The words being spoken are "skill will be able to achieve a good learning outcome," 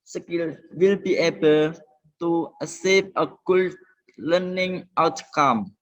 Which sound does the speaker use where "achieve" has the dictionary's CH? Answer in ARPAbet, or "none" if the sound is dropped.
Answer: S